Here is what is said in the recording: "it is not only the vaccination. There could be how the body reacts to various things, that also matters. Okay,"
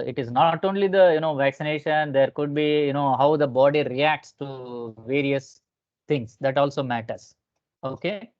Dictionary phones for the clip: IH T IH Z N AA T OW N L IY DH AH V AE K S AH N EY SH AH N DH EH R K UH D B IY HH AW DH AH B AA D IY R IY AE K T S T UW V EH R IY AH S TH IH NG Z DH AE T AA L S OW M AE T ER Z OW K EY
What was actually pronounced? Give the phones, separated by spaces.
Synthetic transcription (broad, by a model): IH T IH Z N AA T OW N L IY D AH V AE K S AH N EY SH AH N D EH R K UH D B IY HH AW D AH B AA D IY R IY AE K T S T UW V EH R IY AH S T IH NG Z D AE T AA L S OW M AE T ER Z OW K EY